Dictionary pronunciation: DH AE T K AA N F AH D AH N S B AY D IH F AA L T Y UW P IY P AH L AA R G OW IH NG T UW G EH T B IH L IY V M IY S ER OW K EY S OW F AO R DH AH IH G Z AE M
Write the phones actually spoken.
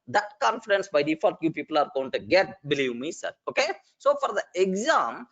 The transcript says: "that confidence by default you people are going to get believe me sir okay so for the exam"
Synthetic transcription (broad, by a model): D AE T K AA N F AH D AH N S B AY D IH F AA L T Y UW P IY P AH L AA R G OW IH NG T UW G EH T B IH L IY V M IY S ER OW K EY S OW F AO R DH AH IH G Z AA M